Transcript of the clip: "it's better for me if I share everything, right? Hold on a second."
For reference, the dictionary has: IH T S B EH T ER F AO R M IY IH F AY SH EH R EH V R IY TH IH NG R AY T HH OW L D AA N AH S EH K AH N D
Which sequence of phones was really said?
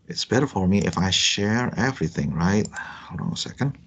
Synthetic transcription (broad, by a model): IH T S B EH T ER F AO R M IY IH F AY SH EH R EH V R IY TH IH NG R AY T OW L AA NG AH S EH K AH N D